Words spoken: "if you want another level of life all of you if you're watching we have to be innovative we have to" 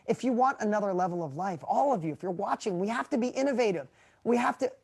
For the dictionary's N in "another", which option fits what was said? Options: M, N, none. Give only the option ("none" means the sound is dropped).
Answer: N